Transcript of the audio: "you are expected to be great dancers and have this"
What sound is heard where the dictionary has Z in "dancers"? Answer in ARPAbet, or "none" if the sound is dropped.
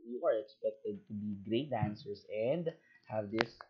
S